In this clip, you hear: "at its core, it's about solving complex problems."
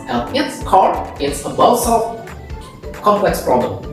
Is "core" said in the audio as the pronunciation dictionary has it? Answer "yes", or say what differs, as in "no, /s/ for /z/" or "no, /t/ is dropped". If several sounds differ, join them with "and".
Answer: yes